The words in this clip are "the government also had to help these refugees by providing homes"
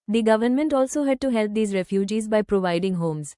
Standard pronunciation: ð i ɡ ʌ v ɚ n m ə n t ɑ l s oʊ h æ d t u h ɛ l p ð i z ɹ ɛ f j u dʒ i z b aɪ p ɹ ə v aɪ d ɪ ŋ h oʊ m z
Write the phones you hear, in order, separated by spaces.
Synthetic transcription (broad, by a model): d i ɡ ʌ v ɚ n m ə n t ɑ l s oʊ h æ d t u h ɛ l p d i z ɹ ɛ f j u dʒ i z b aɪ p ɹ ə v aɪ d ɪ ŋ h oʊ m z